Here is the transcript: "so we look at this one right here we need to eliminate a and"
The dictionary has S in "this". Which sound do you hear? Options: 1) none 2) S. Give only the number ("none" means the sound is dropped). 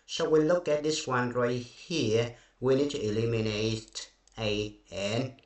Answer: 2